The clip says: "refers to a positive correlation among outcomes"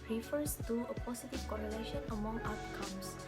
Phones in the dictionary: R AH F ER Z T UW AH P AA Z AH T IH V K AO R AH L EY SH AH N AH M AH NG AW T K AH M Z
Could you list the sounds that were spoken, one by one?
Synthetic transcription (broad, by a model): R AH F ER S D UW AH P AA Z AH T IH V K AO R AH L EY SH AH N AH M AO NG AW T K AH M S